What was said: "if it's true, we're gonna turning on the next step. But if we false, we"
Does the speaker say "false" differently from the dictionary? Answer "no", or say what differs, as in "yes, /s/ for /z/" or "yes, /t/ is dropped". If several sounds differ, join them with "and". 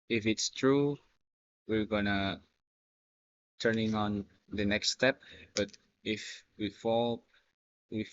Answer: yes, /s/ is dropped